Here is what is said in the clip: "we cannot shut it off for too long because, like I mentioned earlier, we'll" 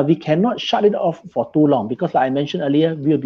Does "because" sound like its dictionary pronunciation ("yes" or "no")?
no